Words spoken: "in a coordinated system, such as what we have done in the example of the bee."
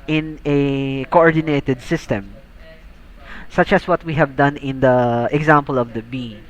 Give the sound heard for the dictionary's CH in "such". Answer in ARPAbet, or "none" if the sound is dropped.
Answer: CH